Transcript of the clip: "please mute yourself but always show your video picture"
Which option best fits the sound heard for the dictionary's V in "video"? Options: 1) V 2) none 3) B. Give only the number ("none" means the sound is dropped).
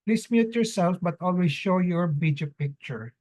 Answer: 3